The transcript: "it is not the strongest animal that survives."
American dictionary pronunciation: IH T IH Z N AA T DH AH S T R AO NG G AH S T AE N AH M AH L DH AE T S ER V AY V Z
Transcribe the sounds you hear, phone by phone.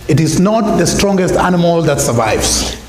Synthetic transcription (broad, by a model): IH T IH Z N AA T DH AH S T R AO NG G AH S T AE N AH M AH L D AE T S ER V AY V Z